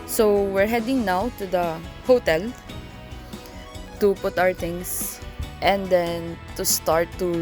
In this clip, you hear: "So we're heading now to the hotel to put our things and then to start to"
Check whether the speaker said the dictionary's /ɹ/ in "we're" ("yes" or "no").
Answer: yes